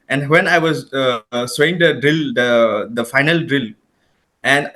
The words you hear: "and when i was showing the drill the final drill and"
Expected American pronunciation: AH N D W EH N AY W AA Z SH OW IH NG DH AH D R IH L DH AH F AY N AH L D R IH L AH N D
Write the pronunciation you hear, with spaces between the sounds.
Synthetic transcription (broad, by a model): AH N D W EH N AY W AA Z S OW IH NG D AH D R IH L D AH F AY N AH L D R IH L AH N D